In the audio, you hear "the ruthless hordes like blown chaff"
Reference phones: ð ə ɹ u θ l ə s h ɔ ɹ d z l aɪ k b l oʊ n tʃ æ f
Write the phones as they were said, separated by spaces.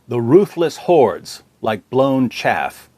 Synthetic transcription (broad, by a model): ð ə ɹ u θ l ə s h ɔ ɹ d z l aɪ k b l oʊ n tʃ æ f